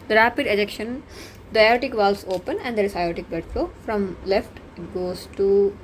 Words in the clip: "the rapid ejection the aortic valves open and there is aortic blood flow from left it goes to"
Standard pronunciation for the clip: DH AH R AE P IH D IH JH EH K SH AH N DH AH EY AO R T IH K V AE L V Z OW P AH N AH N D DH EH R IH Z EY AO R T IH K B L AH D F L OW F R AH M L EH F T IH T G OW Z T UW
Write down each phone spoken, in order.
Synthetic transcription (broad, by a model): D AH R AE P IH D IH JH EH K SH AH N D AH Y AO T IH K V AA L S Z OW P AH N AH N D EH R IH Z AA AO T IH K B AH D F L OW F R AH M L EH F T IH T G OW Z T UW